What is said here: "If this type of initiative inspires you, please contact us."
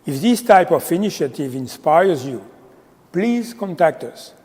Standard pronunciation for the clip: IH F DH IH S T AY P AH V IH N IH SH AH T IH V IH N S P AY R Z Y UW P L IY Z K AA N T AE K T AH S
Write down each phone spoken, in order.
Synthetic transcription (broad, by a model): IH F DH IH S T AY P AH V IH N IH SH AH T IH V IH N S P AY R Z Y UW P L IY Z K AA N T AE K T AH S